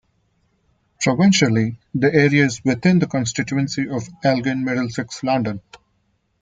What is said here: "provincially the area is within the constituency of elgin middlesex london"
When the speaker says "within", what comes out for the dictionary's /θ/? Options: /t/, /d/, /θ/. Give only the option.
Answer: /t/